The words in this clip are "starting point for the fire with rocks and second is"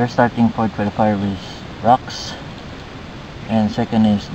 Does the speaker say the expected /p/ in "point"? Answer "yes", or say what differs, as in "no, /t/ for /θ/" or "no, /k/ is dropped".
no, /f/ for /p/